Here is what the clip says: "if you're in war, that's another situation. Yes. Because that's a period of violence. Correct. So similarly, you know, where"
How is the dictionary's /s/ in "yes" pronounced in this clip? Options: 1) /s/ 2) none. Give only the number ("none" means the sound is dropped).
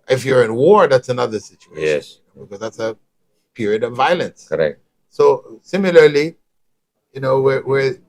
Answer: 2